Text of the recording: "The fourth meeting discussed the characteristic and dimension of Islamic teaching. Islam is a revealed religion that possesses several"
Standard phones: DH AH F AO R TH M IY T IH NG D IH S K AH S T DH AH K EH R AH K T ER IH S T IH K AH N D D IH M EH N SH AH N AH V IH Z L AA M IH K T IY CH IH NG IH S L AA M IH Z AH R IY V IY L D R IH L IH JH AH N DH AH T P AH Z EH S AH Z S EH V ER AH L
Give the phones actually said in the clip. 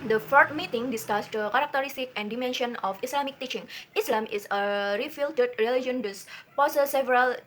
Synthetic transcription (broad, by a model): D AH F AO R T M IY T IH NG D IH S K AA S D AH K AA R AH K T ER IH S T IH K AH N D D IH M EH N SH AH N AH F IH S L AA M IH K T IY CH IH NG IH S L AA M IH S AH R IY F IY L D R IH L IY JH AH N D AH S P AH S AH S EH V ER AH L